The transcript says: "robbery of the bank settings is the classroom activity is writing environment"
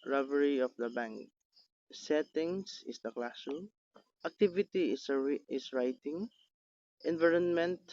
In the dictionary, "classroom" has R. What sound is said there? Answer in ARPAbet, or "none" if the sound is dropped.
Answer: none